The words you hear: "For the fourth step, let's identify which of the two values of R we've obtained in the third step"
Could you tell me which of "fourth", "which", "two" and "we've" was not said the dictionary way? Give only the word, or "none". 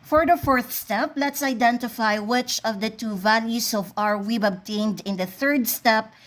we've